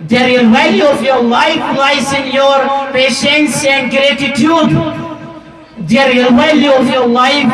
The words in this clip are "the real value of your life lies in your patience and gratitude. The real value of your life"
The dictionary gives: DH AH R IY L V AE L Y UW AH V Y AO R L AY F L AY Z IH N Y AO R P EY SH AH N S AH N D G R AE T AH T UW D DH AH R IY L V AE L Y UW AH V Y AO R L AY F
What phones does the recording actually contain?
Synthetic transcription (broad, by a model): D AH R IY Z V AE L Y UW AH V Y AO R L AY F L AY S IH N Y AO R P EY SH AH N S AH N D G R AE T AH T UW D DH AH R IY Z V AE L Y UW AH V Y AO R L AY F